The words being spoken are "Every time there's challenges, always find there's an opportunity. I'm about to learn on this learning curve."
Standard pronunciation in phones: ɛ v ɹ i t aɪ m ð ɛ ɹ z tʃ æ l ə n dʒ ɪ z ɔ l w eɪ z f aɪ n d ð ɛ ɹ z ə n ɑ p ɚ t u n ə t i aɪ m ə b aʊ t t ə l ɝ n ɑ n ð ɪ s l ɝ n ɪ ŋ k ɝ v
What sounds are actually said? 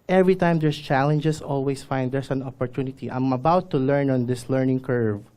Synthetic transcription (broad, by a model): ɛ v ɹ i t aɪ m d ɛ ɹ s tʃ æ l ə n dʒ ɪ s ɔ l w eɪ s f aɪ n d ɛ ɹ s ə n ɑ p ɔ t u n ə t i aɪ m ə b aʊ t t ə l ɝ n ɑ n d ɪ s l ɝ n ɪ ŋ k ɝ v